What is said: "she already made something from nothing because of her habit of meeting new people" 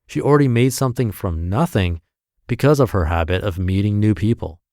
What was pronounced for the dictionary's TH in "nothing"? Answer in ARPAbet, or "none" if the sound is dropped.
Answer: TH